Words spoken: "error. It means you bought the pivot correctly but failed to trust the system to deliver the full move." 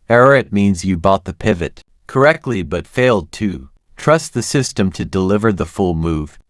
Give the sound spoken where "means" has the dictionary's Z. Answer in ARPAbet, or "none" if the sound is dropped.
Z